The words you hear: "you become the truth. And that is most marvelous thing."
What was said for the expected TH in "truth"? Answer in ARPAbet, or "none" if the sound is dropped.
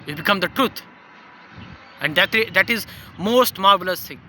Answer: T